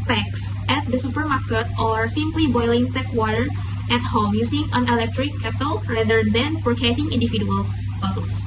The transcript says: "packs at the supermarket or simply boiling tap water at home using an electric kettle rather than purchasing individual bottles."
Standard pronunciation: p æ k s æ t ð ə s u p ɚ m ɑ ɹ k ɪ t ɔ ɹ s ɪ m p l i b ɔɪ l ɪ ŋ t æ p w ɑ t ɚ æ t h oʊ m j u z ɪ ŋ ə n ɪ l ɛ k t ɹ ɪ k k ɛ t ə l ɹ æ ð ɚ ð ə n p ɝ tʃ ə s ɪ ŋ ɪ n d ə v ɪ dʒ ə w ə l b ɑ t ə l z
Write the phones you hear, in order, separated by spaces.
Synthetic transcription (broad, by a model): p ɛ k s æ t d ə s u p ɚ m ɑ ɹ k ɪ t ɔ ɹ s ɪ m p l i b ɔɪ l ɪ ŋ t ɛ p w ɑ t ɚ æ t h oʊ m j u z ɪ ŋ ə n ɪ l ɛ k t ɹ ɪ k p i t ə l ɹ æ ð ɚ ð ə n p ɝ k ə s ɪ ŋ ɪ n d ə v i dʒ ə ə l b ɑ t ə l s